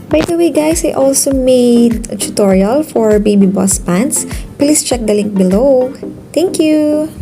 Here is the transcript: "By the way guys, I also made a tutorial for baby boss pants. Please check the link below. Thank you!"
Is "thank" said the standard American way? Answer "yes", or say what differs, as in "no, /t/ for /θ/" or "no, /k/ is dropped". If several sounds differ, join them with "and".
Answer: no, /t/ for /θ/